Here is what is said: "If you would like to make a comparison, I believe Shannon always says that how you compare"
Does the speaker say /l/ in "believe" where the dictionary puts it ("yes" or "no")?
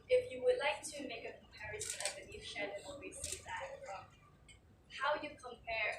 no